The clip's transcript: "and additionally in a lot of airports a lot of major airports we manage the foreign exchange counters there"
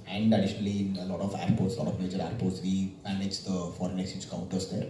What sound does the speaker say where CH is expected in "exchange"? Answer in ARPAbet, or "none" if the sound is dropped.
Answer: none